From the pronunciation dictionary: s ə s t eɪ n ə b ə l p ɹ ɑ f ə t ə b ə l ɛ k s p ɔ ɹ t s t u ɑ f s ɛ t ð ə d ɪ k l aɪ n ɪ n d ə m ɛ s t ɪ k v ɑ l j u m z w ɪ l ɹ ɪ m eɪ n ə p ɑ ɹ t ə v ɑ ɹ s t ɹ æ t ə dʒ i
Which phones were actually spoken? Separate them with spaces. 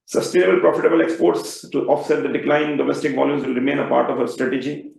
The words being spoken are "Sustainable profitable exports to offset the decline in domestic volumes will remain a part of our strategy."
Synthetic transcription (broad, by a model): s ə s t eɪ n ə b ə l p ɹ ɑ f ə t ə b ə l ɛ k s p ɔ ɹ t s t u ɑ f s ɛ t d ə d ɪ k l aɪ ɪ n d ə m ɛ s t ɪ k v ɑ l j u m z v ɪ l ɹ ɪ m eɪ n ə p ɑ ɹ t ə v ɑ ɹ s t ɹ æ t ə dʒ i